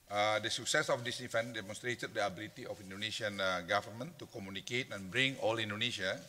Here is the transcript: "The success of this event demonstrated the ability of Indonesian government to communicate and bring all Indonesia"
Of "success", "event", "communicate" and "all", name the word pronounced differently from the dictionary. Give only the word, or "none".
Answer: event